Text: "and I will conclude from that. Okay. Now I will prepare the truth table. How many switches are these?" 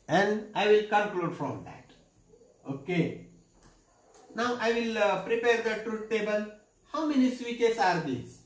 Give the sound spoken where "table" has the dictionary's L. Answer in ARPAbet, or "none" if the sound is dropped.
N